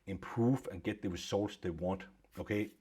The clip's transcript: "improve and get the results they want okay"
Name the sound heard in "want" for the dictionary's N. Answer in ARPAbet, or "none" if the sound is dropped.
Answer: N